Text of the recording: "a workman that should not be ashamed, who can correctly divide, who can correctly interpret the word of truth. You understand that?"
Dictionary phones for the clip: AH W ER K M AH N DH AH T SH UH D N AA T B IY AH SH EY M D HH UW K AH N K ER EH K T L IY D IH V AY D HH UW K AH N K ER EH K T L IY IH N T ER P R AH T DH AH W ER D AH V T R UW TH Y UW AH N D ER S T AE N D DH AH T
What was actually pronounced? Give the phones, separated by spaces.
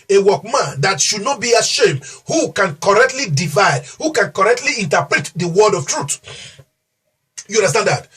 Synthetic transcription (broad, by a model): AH W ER K M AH N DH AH T SH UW D N AA T B IY AH SH EY M D HH UW K AH N K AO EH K T L IY D IH V AY D HH UW K AH N K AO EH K T L IY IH N T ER P R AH T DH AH W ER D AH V T R UW T Y UW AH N D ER S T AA N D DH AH T